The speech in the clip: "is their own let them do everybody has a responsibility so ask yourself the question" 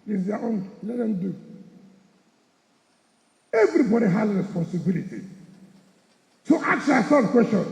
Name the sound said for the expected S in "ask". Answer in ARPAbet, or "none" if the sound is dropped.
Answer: none